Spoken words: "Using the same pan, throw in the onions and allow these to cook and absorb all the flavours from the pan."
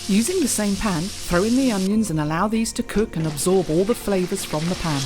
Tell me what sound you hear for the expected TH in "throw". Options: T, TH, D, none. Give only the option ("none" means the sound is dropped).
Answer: TH